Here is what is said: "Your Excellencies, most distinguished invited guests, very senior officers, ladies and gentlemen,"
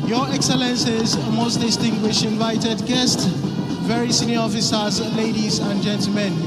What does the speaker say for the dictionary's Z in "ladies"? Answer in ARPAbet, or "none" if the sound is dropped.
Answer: Z